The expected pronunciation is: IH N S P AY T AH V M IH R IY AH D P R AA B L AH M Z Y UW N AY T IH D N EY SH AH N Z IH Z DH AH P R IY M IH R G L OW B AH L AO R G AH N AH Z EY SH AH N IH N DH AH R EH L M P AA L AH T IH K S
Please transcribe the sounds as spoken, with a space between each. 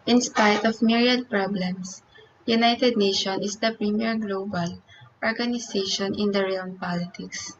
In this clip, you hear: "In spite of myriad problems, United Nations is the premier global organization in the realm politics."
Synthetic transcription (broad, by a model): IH N S P AY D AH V M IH R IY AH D P R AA B L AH M S Y UW N AY T IH D N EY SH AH N IH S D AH P R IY M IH R G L OW B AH L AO R G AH N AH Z EY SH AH N IH N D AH R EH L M P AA L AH T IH K S